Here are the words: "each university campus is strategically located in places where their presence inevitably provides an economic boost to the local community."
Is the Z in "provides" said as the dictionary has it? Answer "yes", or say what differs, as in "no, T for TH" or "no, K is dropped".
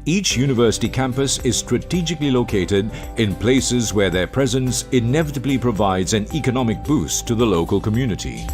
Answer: yes